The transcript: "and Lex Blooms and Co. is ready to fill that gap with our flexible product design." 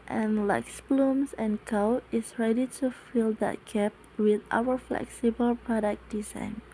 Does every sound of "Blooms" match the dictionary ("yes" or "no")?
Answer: no